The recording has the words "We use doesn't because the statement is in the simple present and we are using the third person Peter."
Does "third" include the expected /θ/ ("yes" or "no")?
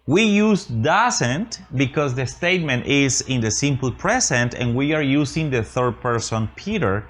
yes